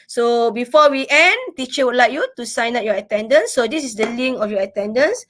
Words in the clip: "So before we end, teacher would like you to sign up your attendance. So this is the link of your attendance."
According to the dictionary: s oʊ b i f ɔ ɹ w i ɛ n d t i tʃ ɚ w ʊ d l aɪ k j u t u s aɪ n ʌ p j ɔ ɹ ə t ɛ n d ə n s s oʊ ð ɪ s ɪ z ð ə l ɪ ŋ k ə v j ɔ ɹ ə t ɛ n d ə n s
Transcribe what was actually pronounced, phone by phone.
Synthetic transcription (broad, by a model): s oʊ b i f ɔ w i ɛ n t i tʃ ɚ w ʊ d l aɪ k j u t u s aɪ n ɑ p j ɔ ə t ɛ n d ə n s s oʊ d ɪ s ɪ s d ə l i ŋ ə f j ɔ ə t ɛ n d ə n s